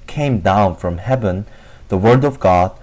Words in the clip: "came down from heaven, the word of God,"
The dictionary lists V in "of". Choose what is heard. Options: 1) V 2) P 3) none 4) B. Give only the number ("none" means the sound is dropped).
1